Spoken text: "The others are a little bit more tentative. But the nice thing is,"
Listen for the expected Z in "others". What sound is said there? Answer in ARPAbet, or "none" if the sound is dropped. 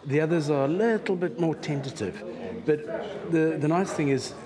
Z